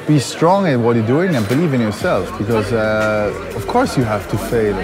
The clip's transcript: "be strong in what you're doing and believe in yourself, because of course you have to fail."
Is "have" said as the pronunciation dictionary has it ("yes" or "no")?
no